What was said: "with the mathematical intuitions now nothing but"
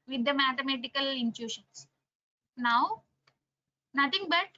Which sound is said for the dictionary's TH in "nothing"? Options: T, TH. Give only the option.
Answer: T